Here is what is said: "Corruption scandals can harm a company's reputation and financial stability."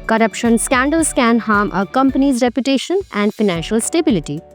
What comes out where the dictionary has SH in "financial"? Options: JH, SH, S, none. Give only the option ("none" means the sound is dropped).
SH